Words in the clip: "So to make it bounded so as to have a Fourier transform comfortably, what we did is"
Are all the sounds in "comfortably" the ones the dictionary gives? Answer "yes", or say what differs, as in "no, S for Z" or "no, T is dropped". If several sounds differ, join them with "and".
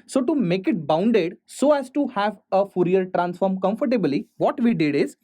yes